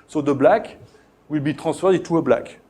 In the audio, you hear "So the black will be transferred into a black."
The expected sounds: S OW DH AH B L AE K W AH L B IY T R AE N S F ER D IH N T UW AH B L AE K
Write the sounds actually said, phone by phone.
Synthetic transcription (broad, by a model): S OW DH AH B L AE K W AH L B IY T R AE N S F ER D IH T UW AH B L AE K